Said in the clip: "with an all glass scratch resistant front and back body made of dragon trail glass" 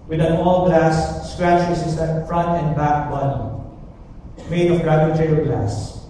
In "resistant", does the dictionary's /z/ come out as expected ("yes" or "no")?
no